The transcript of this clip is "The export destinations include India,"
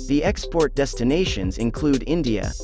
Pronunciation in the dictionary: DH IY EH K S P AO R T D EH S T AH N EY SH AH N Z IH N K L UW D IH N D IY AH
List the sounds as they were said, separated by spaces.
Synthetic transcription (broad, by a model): DH IY EH K S P AO R T D EH S T AH N EY SH AH N Z IH N K L UW D IH N D IY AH